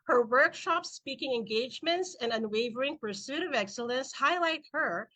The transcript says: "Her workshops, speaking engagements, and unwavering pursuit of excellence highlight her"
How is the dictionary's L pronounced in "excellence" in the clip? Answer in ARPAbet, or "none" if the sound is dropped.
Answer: L